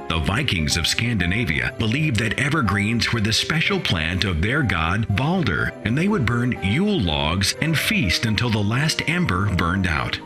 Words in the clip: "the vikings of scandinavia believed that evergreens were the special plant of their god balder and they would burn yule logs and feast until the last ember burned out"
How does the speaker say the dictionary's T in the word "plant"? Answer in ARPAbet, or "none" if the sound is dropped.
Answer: T